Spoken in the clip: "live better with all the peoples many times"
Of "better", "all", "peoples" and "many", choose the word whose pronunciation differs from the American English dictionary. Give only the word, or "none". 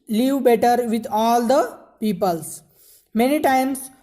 peoples